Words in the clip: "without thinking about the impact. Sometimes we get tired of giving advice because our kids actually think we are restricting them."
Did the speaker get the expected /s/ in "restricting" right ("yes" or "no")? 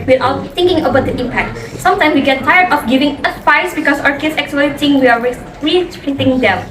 no